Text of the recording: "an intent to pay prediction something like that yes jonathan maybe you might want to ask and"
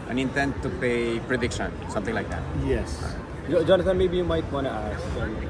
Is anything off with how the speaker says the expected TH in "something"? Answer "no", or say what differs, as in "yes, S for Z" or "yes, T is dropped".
yes, T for TH